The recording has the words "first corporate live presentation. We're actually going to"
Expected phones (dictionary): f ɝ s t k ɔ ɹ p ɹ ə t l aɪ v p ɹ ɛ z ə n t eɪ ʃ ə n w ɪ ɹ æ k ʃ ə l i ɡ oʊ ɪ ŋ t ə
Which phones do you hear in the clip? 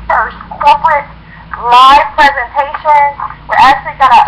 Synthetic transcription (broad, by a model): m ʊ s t k ɔ ɹ p ɹ ə t l aɪ v p ɹ ɛ z ə n t eɪ ʃ ə n w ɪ ɹ æ k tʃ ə l i ɡ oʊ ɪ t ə